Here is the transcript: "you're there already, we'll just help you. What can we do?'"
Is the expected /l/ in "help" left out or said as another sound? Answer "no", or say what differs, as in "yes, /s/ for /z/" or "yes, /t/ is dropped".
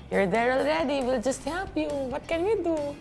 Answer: yes, /l/ is dropped